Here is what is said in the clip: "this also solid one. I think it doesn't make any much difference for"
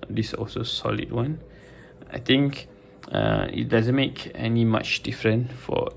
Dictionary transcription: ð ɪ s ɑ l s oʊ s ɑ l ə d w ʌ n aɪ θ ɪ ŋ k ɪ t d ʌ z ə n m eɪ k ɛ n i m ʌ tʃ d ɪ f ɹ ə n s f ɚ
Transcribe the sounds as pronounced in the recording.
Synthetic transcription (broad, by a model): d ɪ s ɑ l s oʊ s ɑ l ə d w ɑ n aɪ t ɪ ŋ k ɪ t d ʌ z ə n m eɪ k ɛ n i m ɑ tʃ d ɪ f ɹ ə n f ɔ